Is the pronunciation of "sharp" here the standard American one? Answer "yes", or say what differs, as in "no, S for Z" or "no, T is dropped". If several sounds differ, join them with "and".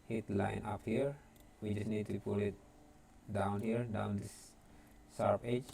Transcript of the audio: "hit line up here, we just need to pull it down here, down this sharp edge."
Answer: no, S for SH